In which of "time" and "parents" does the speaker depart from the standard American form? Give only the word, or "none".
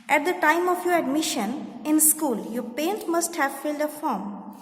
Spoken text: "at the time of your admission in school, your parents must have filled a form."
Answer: parents